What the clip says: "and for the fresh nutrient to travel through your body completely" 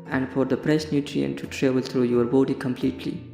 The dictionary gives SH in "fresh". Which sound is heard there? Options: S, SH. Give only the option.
S